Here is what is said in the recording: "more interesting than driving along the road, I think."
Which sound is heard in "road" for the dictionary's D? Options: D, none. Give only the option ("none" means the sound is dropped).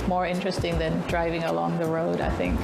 D